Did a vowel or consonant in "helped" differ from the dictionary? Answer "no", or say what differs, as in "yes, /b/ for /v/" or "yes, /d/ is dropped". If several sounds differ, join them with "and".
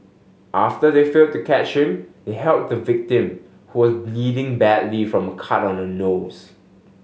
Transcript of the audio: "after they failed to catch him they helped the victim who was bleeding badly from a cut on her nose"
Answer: yes, /p/ is dropped